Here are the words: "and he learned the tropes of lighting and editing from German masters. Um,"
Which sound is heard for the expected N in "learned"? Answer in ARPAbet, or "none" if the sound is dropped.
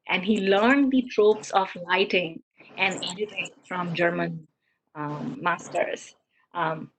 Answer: N